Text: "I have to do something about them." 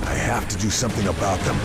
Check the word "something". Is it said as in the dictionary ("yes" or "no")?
yes